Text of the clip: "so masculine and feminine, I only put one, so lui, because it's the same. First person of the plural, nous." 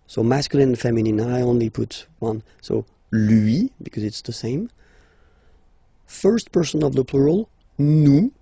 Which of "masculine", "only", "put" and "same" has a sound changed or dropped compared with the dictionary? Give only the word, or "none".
masculine